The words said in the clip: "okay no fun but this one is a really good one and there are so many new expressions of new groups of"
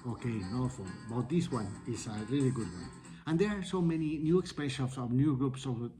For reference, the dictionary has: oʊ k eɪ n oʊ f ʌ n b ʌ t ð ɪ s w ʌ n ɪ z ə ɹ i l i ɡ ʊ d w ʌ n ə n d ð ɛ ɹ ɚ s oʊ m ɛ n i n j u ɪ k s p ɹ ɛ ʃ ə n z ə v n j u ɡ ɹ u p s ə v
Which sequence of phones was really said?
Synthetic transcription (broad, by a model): oʊ k eɪ n oʊ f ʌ l b ʌ t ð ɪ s w ʌ n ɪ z ə ɹ i l i ɡ ʊ d w ʌ n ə n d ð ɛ ɹ s oʊ m ɛ n i n j u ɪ k s p ɛ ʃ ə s ə v n j u ɡ ɹ u p s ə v